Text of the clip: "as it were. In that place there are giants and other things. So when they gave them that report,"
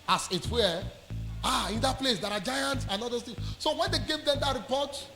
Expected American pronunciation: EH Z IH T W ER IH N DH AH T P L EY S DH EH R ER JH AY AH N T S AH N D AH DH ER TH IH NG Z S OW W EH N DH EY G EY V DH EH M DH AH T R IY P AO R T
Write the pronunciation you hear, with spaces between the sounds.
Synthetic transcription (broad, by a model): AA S IH T W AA IH N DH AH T P L EY S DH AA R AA JH AY AH N T S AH N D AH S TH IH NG S OW W EH N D EY G EY V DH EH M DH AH T R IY P AO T